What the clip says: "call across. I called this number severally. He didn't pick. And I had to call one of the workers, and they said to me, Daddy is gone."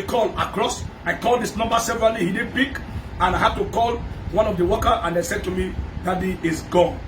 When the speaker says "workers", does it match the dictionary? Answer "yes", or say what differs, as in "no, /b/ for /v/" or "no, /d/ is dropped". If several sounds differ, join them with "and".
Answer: no, /z/ is dropped